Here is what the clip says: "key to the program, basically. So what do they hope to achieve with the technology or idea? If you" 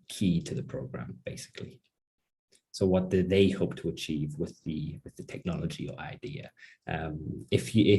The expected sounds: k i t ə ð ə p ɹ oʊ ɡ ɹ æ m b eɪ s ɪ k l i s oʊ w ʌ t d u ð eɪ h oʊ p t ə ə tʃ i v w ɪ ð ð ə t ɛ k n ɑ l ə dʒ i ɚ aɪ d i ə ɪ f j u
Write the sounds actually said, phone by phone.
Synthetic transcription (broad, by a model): k i t ə ð ə p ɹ oʊ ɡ ɹ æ m b eɪ s ɪ k l i s oʊ w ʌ t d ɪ ð eɪ h oʊ p t ə ə tʃ i v w ɪ ð ð ə t ɛ k n ɑ l ə dʒ i ɚ aɪ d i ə ɪ f j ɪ